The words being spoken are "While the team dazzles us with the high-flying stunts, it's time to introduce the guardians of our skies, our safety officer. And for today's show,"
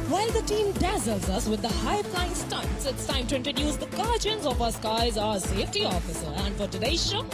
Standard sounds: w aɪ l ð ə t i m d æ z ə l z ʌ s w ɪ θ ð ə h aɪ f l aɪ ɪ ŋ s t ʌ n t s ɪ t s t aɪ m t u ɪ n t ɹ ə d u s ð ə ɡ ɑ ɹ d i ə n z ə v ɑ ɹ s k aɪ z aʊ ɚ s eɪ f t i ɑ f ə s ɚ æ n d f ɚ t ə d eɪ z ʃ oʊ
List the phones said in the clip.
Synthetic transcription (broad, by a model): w aɪ l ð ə t i m d æ z ə l z ʌ s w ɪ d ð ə h aɪ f l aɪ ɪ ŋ s t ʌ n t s ɪ t s t aɪ m t u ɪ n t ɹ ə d u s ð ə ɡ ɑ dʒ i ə n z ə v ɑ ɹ s k aɪ z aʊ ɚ s eɪ f t i ɑ f ə s ɚ æ n d f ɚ t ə d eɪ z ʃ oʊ